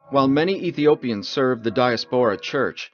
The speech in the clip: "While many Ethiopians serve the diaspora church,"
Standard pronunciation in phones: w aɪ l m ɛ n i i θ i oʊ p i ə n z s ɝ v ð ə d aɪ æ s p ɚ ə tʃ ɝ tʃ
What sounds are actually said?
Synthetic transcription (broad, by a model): w aɪ l m ɛ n i i θ i oʊ p i ə n z s ɝ v ð ə d aɪ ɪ s p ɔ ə tʃ ɝ tʃ